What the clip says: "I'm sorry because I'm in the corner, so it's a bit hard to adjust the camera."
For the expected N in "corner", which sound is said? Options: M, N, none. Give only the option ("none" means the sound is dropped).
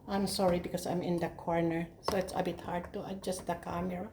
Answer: N